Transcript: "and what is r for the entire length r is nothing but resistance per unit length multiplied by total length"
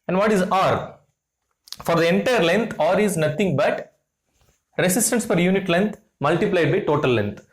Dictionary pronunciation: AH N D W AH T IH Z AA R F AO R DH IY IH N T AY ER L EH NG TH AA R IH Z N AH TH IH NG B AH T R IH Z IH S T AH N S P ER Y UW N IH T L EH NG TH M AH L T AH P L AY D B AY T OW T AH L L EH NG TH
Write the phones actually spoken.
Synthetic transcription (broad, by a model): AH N D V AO T IH Z AA R F AO R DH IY IH N T AY ER L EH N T AA R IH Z N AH T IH NG B AH T R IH S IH S T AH N S F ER Y UW N IH T L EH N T M AH L T AH P L AY D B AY T OW T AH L L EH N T